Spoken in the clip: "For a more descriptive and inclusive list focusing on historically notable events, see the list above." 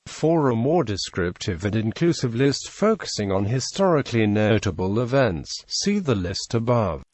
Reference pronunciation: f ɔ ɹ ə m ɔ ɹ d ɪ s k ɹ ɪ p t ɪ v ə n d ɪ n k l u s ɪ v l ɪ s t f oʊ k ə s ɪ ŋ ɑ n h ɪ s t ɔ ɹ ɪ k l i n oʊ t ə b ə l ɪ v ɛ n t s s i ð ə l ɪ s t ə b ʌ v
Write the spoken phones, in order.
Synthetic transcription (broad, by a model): f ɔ ɹ ə m ɔ ɹ d ɪ s k ɹ ɪ p t ɪ v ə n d ɪ n k l u s ɪ v l ɪ s t f oʊ k ə s ɪ ŋ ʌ n h ɪ s t ɔ ɹ ɪ k l i n oʊ t ə b ə l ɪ v ɛ n t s s i ð ə l ɪ s t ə b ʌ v